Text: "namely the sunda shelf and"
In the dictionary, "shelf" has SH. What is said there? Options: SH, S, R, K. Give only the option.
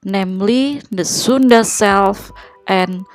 S